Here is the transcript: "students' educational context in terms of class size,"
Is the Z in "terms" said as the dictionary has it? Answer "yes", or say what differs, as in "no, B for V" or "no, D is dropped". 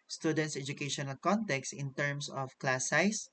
no, S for Z